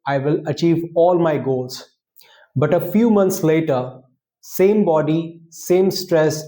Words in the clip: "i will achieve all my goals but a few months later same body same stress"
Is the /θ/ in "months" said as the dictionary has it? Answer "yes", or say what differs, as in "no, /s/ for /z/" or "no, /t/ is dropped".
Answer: no, /t/ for /θ/